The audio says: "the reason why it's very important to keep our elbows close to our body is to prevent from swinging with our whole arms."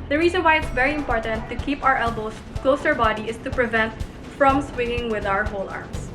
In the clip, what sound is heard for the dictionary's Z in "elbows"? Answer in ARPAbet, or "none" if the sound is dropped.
S